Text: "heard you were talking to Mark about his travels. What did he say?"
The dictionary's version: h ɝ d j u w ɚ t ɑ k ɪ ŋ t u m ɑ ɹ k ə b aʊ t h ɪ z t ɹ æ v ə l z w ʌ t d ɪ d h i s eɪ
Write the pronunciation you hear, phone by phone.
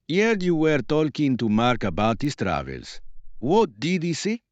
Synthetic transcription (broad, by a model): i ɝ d j u w ɚ t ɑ k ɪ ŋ t u m ɑ ɹ k ə b aʊ t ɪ s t ɹ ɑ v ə l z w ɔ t d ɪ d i s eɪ